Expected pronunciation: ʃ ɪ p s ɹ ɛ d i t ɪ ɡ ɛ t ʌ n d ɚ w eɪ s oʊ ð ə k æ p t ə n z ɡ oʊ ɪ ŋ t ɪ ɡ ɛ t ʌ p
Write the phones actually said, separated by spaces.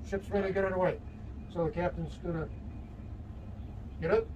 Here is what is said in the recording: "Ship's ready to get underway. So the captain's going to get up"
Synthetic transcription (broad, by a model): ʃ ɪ p s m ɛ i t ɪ ɡ ɛ t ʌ d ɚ w eɪ s oʊ ð ə k æ p t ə n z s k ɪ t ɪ ɡ ɛ t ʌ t